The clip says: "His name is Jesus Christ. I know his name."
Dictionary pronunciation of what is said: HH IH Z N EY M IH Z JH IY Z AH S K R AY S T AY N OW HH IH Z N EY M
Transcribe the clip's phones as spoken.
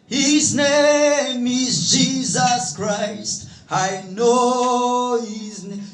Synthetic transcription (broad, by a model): HH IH Z N EY M IH Z JH IY Z AH S K R AY S T AY N OW HH IH Z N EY